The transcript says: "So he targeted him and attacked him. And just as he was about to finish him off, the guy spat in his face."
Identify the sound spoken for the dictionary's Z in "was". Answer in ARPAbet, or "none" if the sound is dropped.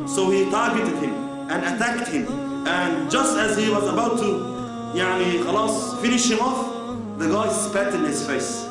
Z